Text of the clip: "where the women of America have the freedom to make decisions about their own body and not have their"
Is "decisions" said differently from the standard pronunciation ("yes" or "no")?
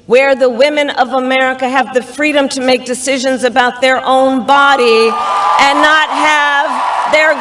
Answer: no